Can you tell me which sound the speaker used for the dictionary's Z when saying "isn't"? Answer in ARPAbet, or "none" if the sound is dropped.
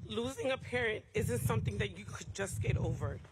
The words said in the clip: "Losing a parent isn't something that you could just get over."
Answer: Z